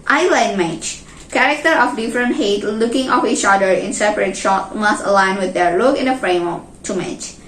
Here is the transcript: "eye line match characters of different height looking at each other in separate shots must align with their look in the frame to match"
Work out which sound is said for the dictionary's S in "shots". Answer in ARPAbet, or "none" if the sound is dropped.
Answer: none